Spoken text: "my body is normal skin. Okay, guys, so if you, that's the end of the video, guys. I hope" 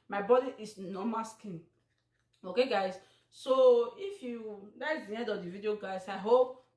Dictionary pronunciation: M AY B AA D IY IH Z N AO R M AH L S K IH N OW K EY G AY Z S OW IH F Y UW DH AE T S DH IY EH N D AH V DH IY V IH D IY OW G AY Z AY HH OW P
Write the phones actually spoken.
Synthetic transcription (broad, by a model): M AY B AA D IY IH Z N AO M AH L S K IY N OW K EY G AY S S OW IH F Y UW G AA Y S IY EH D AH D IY V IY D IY OW G AY S AY HH OW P